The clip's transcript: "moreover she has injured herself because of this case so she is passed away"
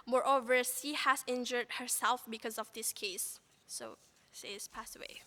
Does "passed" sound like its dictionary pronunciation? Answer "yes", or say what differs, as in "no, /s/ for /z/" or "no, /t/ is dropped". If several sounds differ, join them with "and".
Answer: yes